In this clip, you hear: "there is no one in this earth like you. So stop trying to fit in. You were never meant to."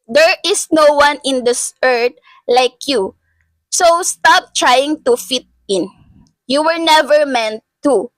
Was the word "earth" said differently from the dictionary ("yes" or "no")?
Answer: yes